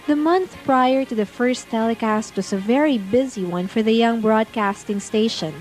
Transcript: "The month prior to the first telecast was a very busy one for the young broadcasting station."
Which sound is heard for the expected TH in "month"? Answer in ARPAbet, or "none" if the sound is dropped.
TH